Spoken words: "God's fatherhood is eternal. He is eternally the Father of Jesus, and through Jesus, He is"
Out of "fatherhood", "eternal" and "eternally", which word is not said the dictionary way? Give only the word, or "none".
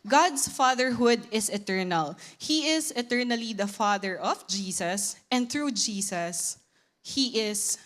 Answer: none